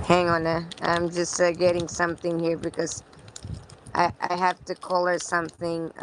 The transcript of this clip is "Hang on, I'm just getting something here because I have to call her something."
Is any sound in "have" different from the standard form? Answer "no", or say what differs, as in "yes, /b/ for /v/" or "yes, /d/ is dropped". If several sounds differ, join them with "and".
yes, /f/ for /v/